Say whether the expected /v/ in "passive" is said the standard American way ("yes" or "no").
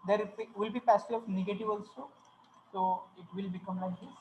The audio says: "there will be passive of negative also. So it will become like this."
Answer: no